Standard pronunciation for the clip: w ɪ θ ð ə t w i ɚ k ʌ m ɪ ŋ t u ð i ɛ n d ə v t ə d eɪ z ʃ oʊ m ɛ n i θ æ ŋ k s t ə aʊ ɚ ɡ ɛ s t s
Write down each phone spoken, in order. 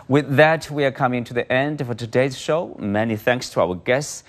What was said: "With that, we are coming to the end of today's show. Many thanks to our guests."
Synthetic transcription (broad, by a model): w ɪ ð ə t w i ɚ k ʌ m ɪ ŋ t u ð i ɛ n d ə v t ə d eɪ z ʃ oʊ m ɛ n i θ æ ŋ k s t ə aʊ ɚ ɡ ɛ s t s